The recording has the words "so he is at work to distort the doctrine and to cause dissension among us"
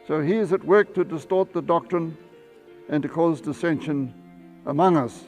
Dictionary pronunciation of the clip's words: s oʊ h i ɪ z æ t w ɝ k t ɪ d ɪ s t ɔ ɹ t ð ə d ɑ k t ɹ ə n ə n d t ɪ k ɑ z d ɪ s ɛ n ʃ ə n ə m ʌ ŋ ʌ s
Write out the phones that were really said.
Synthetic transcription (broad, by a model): s oʊ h i ɪ z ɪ t w ɝ k t ɪ d ɪ s t ɔ ɹ t ð ə d ɑ k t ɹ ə n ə n t ɪ k ɑ z d ɪ s ɛ n ʃ ə n ə m ʌ ŋ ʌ s